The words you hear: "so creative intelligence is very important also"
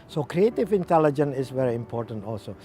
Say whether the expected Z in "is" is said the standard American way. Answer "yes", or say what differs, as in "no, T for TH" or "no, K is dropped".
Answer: no, S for Z